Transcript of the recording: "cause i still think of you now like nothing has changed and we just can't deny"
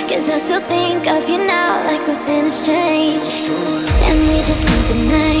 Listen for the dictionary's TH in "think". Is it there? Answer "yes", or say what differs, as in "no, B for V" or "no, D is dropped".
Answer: yes